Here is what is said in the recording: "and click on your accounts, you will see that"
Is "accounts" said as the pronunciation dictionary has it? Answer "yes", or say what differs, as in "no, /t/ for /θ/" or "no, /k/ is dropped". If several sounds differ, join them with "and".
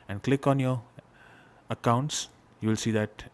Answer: yes